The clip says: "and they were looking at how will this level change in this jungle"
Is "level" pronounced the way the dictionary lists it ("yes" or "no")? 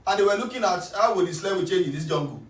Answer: no